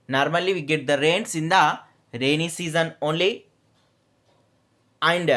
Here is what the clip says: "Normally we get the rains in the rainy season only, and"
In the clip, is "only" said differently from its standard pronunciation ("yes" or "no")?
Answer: no